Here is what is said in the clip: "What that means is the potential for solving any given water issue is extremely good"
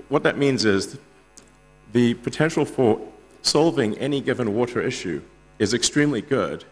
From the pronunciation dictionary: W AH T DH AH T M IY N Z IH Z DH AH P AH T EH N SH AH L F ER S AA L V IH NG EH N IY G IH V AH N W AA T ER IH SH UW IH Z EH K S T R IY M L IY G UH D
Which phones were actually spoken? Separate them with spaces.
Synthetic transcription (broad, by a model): W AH T DH AH T M IY N Z IH Z DH AH P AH T EH N SH L F ER S AA L V IH NG EH N IY G IH V AH N W AA T ER IH SH UW IH Z EH K S T R IY M L IY G UH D